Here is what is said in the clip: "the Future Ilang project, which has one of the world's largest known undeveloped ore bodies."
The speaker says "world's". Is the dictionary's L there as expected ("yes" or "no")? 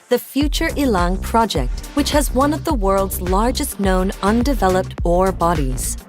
yes